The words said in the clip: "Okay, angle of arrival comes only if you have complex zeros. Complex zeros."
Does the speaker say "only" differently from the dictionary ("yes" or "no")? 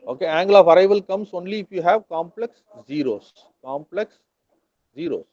no